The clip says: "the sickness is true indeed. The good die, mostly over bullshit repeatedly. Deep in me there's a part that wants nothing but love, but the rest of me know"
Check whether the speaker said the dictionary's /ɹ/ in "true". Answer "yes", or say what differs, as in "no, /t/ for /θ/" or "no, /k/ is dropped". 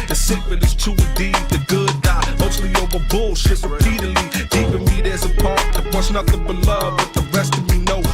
no, /ɹ/ is dropped